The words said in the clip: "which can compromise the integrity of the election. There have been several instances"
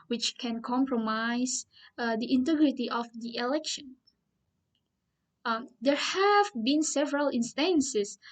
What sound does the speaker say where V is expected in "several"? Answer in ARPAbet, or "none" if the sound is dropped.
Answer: V